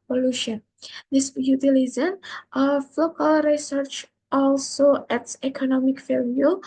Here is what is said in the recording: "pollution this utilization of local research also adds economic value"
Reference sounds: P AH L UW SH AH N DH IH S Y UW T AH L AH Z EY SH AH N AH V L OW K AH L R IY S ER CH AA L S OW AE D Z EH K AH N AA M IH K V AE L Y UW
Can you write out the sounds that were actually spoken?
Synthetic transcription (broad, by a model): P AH L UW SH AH N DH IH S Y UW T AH L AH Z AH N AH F L OW K AH L R IY S ER CH AA L S OW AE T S EH K AH N AA M IH K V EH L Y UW